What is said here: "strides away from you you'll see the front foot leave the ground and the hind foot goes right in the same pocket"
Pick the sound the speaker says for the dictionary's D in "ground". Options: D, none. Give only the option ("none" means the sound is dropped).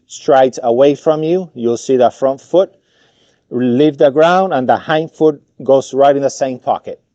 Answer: D